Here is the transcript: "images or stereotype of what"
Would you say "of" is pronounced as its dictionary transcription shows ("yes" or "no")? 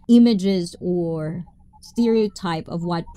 yes